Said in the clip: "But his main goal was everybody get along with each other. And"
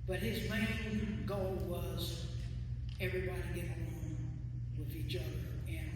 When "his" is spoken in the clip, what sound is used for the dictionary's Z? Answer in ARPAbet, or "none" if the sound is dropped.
Z